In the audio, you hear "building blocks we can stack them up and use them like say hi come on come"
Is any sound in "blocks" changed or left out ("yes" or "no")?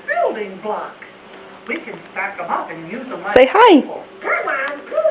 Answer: yes